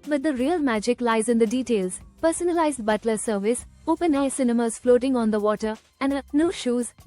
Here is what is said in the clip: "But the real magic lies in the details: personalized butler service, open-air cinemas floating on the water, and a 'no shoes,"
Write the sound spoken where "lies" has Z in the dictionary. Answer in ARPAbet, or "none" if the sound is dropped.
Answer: Z